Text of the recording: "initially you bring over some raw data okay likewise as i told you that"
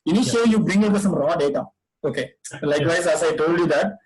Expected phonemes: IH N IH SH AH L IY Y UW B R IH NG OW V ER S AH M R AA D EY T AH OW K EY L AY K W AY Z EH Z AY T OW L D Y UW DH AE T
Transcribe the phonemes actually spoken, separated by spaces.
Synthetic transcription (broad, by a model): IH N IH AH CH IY Y UW B R IH NG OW ER S AH M R AA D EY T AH OW K EY L AY K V AY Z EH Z AY T OW L D Y UW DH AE T